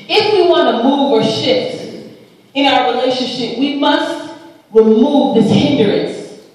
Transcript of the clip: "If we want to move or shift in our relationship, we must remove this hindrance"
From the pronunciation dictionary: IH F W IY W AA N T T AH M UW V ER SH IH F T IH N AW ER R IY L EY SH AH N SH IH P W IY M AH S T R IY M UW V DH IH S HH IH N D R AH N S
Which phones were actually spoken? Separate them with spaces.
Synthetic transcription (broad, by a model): IH F W IY W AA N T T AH M UW V ER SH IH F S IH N AW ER R IY L EY SH AH N SH IH P W IY M AH S T R IY M UW V DH IH S HH IH N D R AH N S